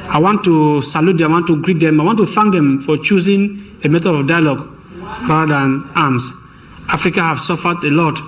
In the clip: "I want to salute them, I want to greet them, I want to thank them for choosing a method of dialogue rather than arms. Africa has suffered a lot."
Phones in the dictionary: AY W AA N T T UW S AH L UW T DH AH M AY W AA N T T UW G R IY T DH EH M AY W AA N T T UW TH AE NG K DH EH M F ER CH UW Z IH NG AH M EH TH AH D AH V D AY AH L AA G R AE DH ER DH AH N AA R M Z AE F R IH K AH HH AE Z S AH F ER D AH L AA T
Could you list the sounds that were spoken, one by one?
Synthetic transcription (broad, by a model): AY W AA N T T UW S AH L UW T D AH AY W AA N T T UW G R IY T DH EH M AY W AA N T T UW F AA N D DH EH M F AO CH UW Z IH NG AH M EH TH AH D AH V D AY AH L AA G R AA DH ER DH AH N AA M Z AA F R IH K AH HH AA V S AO F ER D AH L AA T